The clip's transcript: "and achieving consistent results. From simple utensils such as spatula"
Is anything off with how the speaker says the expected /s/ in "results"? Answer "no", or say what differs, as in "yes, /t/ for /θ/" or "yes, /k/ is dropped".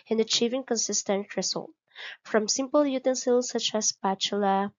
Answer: yes, /s/ is dropped